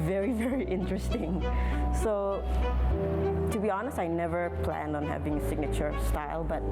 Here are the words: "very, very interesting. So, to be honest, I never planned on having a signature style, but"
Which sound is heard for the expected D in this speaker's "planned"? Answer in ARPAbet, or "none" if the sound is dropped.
D